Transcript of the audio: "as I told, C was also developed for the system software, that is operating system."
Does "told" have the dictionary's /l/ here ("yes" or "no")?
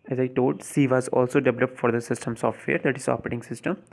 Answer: no